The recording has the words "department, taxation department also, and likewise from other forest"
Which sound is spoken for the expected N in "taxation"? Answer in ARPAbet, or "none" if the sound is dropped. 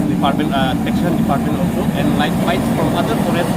L